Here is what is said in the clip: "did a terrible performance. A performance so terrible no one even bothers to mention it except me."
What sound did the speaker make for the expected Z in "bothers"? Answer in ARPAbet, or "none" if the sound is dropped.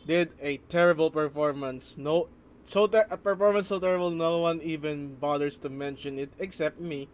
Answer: S